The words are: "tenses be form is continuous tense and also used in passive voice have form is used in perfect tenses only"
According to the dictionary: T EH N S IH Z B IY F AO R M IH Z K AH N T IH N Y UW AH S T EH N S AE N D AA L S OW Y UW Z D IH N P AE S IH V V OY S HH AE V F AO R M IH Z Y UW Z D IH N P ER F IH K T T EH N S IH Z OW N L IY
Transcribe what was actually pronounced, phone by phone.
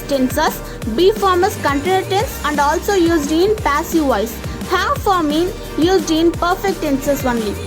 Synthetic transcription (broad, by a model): T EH N S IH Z B IY F AO R M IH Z K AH N T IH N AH T EH N S AE N D AA L S OW Y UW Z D IH N P AE S IH V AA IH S HH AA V F AO R M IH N Y UW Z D IH N P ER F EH K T T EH N S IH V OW N L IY